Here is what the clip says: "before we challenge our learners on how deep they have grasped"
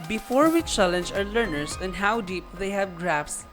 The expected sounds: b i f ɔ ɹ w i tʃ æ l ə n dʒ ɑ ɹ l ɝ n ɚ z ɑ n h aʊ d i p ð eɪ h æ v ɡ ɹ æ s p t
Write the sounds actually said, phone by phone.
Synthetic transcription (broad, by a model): b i f ɔ ɹ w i tʃ æ l ə n dʒ ɑ ɹ l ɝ n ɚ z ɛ n h aʊ d i p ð eɪ h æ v ɡ ɹ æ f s